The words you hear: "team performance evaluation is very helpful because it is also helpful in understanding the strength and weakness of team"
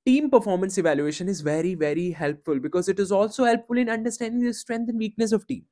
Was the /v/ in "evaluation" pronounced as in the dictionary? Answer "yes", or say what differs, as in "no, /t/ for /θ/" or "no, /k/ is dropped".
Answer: yes